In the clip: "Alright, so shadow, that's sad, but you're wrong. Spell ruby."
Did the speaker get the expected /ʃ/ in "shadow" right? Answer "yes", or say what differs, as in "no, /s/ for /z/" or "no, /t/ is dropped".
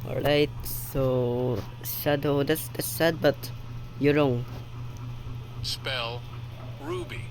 no, /s/ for /ʃ/